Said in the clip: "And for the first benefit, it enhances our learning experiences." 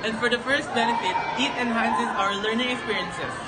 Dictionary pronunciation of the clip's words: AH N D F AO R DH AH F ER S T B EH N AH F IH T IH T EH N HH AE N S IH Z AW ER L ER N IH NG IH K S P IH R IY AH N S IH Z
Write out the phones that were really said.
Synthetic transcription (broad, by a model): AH N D F AO R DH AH F ER S T B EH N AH F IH T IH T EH N HH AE N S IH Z AW ER L ER N IH NG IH K S P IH R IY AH N S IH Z